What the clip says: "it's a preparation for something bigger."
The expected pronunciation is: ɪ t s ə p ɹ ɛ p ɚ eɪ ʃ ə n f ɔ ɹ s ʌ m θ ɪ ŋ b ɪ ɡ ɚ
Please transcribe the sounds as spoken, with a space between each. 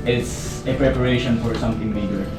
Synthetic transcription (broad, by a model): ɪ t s ə p ɹ ɛ p ɚ eɪ ʃ ə n f ɔ ɹ s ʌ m t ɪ ŋ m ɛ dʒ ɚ